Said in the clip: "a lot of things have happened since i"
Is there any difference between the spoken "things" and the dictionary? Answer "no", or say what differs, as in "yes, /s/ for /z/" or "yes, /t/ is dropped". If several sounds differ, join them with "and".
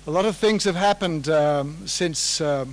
no